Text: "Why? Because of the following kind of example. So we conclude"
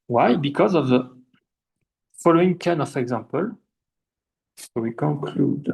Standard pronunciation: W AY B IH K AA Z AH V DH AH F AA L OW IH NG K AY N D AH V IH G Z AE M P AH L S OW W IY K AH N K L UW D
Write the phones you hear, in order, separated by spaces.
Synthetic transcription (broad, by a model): W AY B IH K AA Z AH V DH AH F AA L OW IH NG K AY N AH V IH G Z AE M P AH L S OW W IY K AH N K L UW D